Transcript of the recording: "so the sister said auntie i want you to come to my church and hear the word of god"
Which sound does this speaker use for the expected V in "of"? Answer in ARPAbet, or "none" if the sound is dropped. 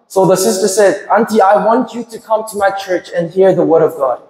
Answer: V